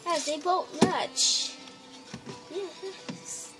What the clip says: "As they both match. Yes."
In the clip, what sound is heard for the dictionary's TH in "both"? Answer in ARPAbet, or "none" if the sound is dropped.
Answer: T